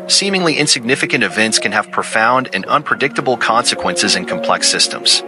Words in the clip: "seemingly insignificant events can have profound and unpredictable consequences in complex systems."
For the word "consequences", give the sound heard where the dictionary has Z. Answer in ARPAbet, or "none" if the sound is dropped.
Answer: Z